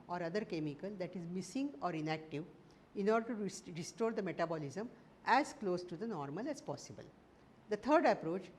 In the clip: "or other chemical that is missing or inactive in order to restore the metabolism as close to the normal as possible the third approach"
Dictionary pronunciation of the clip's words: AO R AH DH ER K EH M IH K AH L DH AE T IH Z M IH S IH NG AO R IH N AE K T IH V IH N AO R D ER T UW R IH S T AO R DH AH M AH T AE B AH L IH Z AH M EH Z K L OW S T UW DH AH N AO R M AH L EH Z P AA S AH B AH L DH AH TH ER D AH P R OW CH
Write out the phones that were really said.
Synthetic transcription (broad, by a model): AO R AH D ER K EH M IH K AH L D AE T IH Z M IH S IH NG AO R IH N AE K T IH V IH N AO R D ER T UW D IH S T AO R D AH M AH T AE B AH L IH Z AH M EH Z K L OW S T UW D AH N AO R M AH L EH Z P AA S AH B AH L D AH T ER D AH P R OW CH